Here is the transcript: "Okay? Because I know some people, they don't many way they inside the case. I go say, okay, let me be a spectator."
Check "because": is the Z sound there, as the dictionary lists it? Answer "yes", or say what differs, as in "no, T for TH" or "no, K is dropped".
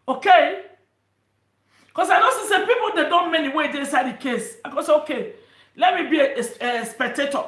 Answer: no, S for Z